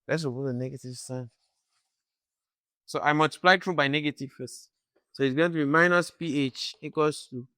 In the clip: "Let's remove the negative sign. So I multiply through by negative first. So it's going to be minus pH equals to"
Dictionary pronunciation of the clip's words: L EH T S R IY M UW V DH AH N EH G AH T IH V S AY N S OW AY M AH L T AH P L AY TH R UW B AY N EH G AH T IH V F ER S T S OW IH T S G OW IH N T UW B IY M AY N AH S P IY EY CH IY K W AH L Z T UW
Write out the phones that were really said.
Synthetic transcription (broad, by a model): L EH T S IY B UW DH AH N EH G AH T IH V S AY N S OW AY M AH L T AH P L AY T R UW B AY N EH G AH T IH V F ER S T S OW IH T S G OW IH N T UW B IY M AY N AH S P IY EY CH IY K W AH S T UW